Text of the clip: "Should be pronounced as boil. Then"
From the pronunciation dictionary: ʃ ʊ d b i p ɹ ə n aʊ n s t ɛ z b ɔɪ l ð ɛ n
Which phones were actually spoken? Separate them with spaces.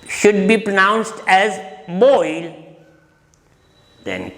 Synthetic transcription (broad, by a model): ʃ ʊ d b i p ɹ ə n aʊ n s t ɛ z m ɔɪ l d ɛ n